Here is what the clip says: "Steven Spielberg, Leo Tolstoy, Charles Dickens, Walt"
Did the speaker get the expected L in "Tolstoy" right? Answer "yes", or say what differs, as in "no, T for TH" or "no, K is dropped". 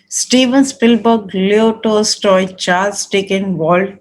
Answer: no, L is dropped